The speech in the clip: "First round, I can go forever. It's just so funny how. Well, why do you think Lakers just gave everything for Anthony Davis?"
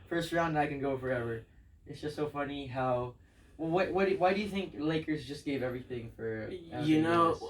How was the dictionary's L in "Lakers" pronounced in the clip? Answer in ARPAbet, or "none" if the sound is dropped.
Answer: L